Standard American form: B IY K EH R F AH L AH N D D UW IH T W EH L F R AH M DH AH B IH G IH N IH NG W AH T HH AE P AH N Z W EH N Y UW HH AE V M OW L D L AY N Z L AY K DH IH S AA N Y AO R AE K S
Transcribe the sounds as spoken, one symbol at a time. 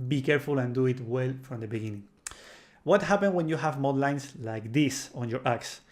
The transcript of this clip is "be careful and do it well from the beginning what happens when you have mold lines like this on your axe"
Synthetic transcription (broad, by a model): B IY K EH R F AH L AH N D D UW IH T W EH L F R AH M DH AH B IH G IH N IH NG W AH T HH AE P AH N W EH N Y UW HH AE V M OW D L AY N S L AY K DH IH S AA N Y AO R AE K S